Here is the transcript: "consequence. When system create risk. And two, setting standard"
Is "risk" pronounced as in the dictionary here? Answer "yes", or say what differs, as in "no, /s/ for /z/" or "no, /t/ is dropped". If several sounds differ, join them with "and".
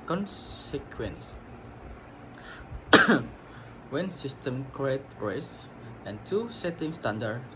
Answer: no, /k/ is dropped